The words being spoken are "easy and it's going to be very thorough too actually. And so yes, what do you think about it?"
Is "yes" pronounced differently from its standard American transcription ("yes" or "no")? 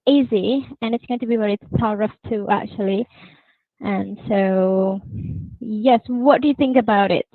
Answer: no